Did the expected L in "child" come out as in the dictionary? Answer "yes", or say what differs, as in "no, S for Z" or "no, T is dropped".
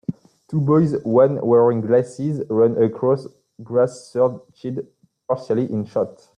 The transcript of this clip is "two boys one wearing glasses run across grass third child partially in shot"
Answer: no, L is dropped